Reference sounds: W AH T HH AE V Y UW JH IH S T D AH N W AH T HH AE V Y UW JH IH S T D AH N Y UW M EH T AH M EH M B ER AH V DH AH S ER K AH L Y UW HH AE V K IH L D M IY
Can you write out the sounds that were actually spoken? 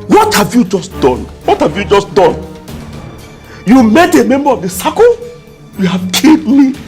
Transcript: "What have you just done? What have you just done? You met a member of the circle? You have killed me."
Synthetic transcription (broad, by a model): W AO T HH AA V Y UW JH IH S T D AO N W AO T HH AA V Y UW JH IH S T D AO N Y UW M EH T AH M EH M B ER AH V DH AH S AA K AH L Y UW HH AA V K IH D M IY